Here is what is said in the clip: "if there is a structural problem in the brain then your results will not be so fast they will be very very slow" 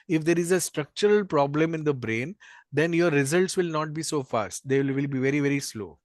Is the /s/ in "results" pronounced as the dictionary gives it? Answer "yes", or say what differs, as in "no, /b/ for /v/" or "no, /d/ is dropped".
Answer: yes